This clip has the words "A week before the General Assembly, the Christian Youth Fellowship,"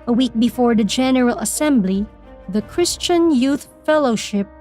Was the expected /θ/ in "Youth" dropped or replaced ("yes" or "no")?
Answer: no